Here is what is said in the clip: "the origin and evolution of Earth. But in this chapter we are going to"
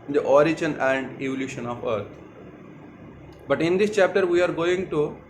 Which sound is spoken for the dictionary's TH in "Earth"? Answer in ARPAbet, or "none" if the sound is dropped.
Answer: T